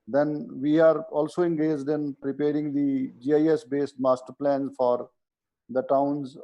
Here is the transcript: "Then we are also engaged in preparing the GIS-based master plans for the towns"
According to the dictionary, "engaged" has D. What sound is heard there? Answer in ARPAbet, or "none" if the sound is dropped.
D